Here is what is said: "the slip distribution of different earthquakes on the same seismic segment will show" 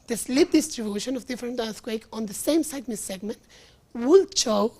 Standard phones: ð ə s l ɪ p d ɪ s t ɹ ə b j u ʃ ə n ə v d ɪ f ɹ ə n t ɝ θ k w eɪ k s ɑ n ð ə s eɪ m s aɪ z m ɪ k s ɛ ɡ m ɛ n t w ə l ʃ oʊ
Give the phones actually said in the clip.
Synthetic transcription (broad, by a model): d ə s l ɪ p d ɪ s t ɹ ə b j u ʃ ə n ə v d ɪ f ɹ ə n t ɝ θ k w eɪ k ɑ n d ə s eɪ m s aɪ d m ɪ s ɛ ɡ m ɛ n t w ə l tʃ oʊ